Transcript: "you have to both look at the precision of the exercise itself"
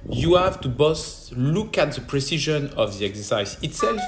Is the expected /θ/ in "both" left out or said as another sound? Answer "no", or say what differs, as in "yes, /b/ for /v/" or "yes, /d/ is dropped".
yes, /s/ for /θ/